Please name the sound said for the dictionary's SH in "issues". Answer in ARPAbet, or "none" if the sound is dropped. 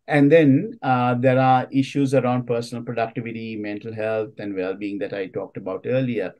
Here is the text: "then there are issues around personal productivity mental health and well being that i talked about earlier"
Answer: SH